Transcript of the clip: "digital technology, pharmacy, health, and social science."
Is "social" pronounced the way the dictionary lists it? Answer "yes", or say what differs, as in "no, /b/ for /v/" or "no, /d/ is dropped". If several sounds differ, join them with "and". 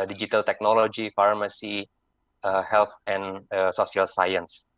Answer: no, /s/ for /ʃ/